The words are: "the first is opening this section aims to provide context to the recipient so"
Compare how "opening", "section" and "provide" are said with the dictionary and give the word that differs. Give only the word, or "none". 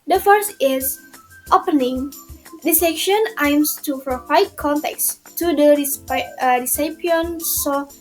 provide